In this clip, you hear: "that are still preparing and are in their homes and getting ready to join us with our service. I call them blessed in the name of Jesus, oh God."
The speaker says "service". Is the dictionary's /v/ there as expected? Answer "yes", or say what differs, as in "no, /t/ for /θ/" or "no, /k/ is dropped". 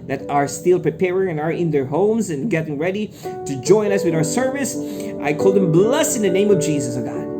yes